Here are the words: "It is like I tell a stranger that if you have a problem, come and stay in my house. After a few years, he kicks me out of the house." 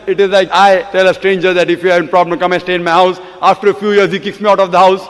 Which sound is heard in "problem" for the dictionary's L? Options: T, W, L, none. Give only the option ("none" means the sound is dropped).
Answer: none